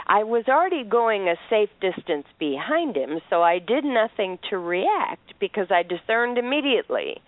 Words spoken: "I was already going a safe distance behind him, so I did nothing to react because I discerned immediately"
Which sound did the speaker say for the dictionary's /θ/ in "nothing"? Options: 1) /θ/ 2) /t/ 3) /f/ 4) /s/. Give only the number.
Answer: 1